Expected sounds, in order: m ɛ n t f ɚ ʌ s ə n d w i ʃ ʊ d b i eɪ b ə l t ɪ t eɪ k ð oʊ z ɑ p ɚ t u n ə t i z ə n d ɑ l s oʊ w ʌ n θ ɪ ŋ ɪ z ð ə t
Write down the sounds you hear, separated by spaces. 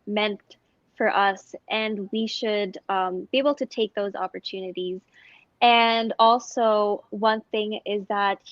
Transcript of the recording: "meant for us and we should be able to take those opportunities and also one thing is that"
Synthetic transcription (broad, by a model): m ɛ n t f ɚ ʌ s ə n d w i ʃ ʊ d b i eɪ b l t ɪ t eɪ k ð oʊ z ɑ p ɚ t u n ə t i z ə n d ɑ l s oʊ w ʌ n θ ɪ ŋ ɪ z ð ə t